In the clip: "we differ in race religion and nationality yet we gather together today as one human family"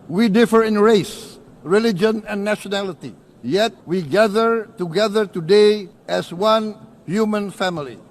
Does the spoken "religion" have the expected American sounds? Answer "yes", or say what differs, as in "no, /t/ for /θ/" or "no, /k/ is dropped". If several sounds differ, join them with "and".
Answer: yes